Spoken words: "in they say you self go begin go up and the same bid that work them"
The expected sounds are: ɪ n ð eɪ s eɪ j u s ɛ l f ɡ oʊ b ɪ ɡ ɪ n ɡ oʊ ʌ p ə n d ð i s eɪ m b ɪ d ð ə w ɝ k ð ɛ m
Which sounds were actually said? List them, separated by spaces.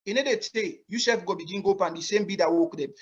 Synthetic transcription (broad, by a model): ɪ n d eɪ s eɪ j u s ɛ f ɡ oʊ b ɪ ɡ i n ɡ oʊ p ə n d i s eɪ m b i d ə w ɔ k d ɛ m